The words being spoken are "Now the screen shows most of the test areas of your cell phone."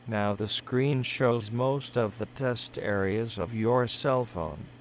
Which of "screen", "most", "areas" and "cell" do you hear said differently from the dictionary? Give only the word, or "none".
none